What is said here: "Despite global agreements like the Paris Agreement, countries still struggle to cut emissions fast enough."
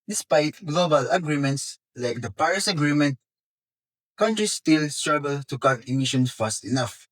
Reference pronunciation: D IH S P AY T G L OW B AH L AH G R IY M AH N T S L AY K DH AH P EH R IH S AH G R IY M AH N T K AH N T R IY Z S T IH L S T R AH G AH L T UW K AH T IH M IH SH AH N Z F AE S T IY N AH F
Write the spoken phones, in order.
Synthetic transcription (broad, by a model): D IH S P AY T G L OW B AH L AH G R IY M AH N T S L AY K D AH P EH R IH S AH G R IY M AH N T K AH N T R IY S T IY L S T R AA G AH L T UW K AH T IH M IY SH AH N S F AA S T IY N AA F